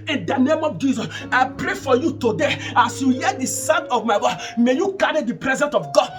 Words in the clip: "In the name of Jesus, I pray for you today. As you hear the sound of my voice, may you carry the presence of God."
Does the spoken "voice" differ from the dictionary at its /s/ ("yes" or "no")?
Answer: yes